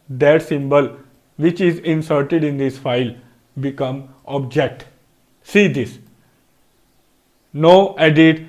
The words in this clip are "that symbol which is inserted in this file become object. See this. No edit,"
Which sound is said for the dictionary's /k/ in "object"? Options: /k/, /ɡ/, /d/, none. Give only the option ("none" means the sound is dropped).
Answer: /k/